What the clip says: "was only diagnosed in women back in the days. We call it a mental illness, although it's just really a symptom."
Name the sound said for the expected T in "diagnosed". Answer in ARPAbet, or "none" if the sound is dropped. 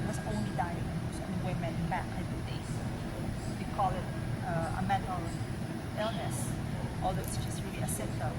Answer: none